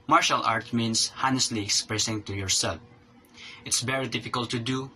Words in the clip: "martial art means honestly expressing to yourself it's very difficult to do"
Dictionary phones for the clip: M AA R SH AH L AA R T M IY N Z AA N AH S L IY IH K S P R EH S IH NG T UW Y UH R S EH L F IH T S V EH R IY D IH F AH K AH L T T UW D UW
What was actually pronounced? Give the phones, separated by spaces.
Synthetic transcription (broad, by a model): M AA R SH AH L AA R T M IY N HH AA N AH S L IY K S P R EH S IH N T UW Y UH R S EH L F IH T S V EH R IY D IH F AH K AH L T T UW D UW